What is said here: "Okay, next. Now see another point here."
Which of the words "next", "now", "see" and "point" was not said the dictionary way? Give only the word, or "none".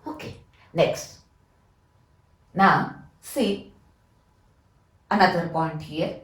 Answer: point